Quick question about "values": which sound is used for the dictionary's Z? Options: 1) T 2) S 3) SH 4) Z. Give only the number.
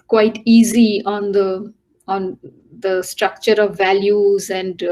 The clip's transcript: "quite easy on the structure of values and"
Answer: 4